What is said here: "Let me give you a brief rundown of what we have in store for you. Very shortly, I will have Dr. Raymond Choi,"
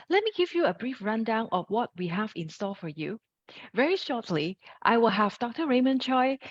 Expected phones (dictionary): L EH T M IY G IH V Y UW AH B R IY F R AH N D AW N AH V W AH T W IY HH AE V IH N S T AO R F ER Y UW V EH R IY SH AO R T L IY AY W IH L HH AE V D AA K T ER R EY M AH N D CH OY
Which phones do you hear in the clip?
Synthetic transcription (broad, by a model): L EH T M IY G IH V Y UW AH B R IY F R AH N D AW N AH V W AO T W IY HH AE V IH N S T AO L F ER Y UW V EH R IY SH AO T L IY AY W IH L HH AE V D AA K T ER R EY M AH N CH OY